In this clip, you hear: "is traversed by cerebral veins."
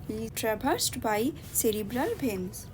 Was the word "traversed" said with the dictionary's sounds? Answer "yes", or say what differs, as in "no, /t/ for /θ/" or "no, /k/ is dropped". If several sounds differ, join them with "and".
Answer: no, /b/ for /v/